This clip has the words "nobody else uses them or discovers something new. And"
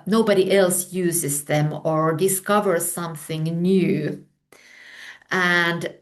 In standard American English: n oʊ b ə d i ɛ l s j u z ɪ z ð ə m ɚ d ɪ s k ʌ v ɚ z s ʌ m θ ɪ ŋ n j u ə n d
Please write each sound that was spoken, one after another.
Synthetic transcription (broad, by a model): n oʊ b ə d i ɛ l s j u z ɪ z ð ə m ɚ d ɪ s k ʌ v ɚ z s ʌ m θ ɪ ŋ n j u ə n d